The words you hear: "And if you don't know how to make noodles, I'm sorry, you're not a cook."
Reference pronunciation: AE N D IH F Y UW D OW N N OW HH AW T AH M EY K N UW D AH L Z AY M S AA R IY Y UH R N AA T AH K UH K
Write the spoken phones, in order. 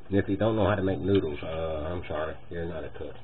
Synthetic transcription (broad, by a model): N IH F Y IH D OW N N OW HH AW T AH M EY K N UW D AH AY M SH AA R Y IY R N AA T AH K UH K